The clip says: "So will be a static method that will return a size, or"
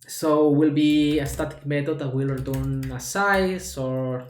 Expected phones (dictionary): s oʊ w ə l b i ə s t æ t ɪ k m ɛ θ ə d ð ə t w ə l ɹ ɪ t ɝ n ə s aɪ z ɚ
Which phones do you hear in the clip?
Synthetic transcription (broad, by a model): s oʊ w ə l b i ə s t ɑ t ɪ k m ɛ t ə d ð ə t w ə l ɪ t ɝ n ə s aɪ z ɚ